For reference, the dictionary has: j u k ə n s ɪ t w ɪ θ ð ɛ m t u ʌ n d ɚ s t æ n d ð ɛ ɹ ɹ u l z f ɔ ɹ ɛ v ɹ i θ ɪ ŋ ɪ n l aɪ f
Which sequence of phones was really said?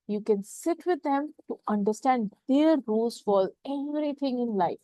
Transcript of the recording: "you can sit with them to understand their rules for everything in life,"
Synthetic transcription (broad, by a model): j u k ə n s ɪ t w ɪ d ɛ m t u ʌ n d ɚ s t æ n d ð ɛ ɹ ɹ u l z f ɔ l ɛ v ɹ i t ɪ ŋ ɪ n l aɪ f